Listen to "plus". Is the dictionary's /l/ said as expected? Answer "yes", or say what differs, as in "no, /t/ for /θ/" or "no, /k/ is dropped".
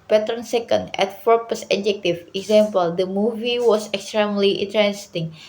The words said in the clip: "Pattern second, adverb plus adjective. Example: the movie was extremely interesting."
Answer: no, /l/ is dropped